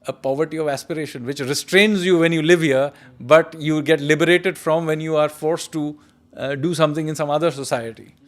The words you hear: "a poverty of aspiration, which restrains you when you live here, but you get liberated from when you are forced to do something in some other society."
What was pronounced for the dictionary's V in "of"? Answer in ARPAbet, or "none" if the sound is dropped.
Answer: V